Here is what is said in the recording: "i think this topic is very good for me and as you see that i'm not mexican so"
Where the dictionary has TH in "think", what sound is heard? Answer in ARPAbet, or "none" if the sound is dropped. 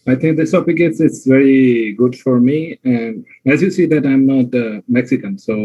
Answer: T